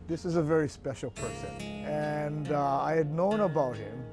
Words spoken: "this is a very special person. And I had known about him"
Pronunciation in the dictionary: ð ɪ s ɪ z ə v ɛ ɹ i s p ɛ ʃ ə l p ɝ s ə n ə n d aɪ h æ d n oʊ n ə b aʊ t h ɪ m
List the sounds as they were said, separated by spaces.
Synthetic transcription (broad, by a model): ð ɪ s ɪ z ə v ɛ ɹ i s p ɛ ʃ l p ɝ s ə n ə n aɪ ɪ d n oʊ n ə b aʊ t h ɪ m